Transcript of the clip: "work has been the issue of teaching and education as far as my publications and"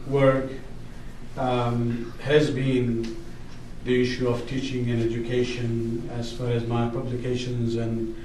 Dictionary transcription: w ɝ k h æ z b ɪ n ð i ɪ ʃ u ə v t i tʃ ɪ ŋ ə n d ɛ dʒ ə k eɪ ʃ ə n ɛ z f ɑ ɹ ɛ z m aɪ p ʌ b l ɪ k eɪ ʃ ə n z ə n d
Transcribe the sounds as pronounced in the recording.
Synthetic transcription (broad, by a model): w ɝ k h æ z b ɪ n ð i ɪ ʃ u ə v t i tʃ ɪ ŋ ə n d ɛ dʒ ə k eɪ ʃ ə n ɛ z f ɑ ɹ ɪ z m aɪ p ʌ b l ɪ k eɪ ʃ ə n z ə n